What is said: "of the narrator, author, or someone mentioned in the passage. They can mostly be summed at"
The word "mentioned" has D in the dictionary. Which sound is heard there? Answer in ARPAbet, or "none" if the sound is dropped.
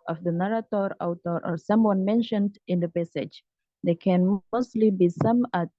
D